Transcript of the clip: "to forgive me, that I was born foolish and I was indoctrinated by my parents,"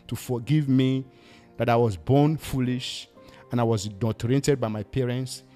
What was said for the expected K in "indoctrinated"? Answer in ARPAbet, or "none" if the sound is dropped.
none